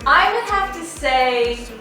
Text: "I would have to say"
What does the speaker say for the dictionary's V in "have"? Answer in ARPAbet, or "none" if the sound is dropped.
F